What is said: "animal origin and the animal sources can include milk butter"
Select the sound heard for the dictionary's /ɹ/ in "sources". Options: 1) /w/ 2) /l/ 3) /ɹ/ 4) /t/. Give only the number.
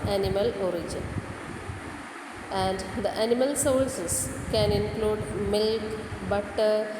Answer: 2